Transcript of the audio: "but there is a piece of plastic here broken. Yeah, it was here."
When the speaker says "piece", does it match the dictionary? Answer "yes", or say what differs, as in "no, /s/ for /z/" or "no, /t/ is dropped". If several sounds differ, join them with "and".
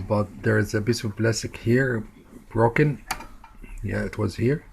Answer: no, /b/ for /p/